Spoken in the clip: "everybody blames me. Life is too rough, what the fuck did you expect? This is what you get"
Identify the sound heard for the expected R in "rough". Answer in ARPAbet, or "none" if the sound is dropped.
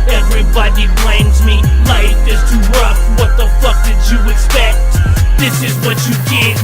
W